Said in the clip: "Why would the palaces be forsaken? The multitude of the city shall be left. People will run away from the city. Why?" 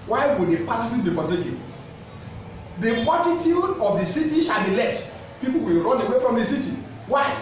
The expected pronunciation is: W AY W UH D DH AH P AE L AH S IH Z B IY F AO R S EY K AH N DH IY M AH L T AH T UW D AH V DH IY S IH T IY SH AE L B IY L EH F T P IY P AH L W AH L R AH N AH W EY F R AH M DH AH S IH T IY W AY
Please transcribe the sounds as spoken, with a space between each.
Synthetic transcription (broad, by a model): W AY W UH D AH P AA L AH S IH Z B IY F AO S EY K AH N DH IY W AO T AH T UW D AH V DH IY S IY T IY SH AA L B IY L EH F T P IY P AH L W AH L R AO N AH W EY F R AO M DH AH S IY T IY W AY